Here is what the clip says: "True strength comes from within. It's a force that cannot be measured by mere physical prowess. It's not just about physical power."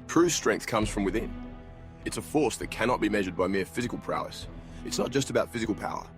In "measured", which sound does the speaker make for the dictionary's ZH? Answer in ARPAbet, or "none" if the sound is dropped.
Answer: ZH